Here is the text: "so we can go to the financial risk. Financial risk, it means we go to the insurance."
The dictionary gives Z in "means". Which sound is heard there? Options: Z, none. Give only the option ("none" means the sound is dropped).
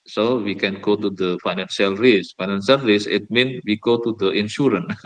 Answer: none